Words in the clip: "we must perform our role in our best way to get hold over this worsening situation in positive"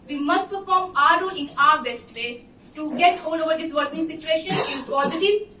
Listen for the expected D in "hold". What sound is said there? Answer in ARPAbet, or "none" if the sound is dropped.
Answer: none